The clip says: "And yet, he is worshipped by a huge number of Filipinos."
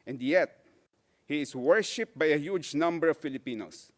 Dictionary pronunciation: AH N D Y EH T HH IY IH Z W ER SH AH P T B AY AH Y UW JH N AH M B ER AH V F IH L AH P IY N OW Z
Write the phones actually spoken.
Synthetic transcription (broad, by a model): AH N D Y EH T HH IY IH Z W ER SH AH P B AY AH Y UW JH N AH M B ER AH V F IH L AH P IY N OW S